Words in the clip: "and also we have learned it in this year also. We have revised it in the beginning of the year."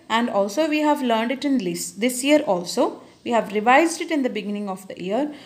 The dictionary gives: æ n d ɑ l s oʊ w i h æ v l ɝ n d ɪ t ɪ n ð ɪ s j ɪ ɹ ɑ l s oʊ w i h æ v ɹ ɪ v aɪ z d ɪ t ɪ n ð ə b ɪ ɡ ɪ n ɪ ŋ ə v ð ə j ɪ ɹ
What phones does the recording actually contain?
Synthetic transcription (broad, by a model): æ n d ɑ l s oʊ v i h æ v l ɝ n d ɪ t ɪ n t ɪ s j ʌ ɹ ɑ l s oʊ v i h æ v ɹ ɪ v aɪ z d ɪ t ɪ n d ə b ɪ ɡ ɪ n ɪ ŋ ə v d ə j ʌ ɹ